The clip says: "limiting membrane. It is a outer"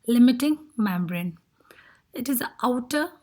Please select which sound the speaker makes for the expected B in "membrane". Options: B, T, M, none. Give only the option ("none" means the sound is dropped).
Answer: B